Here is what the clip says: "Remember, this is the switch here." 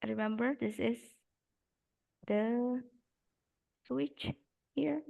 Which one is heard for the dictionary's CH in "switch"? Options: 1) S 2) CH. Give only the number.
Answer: 2